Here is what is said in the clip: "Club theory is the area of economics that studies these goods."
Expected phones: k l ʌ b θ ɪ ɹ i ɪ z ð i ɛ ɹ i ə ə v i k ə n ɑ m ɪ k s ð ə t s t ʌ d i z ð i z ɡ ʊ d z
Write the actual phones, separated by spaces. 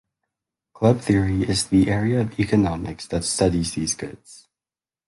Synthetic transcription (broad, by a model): k l ʌ b θ ɪ ɹ i ɪ z ð i ɛ ɹ i ə ə v i k ə n ɑ m ɪ k s ð ə t s t ʌ d i z ð i z ɡ ʊ d z